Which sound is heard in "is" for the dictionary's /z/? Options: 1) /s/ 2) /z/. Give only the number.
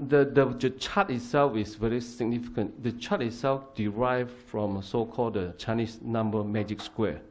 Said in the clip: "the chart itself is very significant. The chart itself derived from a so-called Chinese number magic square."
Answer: 1